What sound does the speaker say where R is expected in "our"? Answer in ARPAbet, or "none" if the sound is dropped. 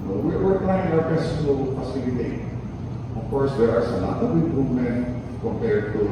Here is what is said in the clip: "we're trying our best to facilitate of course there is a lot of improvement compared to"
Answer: W